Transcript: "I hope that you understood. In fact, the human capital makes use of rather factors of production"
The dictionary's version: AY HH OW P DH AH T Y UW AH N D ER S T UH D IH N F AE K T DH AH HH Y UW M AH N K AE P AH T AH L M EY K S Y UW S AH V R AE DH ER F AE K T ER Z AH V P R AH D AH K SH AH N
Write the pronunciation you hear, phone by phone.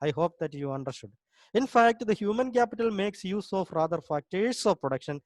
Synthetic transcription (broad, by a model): AY HH OW P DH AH T Y UW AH N D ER S T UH D IH N F AE K T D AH HH Y UW M AH N K AE P AH T AH L M EY K S Y UW S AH F R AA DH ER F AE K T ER S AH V P R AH D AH K SH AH N